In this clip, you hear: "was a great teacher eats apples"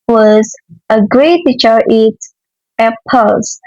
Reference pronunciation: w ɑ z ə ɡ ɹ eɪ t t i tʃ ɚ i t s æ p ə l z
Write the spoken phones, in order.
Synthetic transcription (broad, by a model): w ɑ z ə ɡ ɹ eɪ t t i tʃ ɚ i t æ p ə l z